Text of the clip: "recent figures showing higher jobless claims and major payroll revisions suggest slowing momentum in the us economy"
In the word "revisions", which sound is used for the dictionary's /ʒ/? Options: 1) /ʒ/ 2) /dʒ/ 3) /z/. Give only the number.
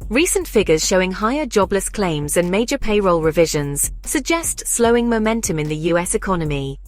1